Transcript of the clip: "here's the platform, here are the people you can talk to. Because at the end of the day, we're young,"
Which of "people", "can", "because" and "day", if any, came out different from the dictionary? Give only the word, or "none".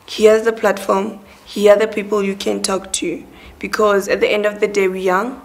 none